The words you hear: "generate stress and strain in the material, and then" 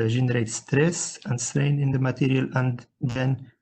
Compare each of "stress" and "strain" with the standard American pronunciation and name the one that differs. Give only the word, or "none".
none